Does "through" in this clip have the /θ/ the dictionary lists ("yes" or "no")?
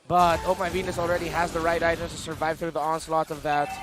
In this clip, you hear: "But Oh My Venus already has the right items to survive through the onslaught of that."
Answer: yes